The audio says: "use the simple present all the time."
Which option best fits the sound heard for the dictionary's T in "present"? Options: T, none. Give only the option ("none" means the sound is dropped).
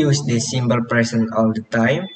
none